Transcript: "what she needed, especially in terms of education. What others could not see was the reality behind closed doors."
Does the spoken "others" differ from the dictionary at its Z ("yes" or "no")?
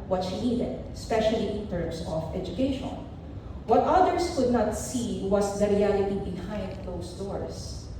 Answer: yes